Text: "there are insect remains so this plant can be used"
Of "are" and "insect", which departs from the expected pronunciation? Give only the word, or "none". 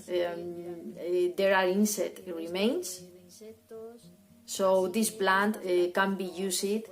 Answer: insect